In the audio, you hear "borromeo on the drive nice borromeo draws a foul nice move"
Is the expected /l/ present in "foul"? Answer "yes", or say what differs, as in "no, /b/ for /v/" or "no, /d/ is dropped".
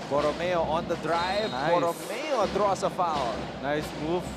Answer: no, /n/ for /l/